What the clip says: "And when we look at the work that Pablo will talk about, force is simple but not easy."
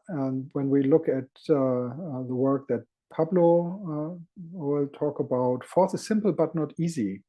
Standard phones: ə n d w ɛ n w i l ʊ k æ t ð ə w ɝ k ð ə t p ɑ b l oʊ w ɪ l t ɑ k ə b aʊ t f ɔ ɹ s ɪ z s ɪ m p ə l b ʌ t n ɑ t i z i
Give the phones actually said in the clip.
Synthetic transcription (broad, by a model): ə n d w ɛ n w i l ʊ k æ t ð ə w ɝ k ð ə t p ɑ b l oʊ w ɪ l t ɑ k ə b aʊ t f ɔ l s ɪ z s ɪ m p l b ʌ t n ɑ t i z i